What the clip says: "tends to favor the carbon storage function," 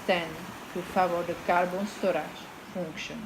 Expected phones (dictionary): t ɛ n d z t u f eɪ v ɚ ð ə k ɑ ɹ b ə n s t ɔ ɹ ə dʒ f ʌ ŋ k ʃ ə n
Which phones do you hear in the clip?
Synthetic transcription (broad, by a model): t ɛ n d t u f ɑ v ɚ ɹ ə k ɑ ɹ b ə n s t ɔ ɹ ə ʒ f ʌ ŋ k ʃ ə n